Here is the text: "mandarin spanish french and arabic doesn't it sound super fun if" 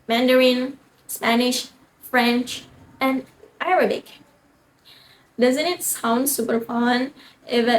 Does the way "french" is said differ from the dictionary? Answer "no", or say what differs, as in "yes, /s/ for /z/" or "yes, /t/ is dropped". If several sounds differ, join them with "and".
no